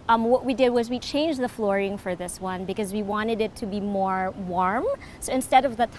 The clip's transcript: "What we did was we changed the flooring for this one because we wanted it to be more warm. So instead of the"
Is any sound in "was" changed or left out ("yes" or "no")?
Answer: no